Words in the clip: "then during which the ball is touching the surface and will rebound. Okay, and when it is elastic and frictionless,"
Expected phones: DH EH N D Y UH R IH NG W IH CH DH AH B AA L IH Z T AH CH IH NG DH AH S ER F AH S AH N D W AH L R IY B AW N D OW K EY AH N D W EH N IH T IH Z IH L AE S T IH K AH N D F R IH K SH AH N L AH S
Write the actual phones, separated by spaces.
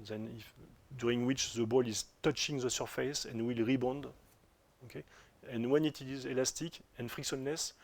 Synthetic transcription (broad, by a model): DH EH N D Y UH R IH NG W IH CH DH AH B AA L IH Z T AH CH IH NG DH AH S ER F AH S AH N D W AH L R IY B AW N D OW K EY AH N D W EH N IH T IH Z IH L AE S T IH K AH N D F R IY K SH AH N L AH S